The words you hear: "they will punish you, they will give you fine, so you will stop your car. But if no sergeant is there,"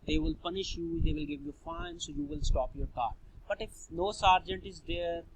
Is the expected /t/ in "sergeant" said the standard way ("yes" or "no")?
yes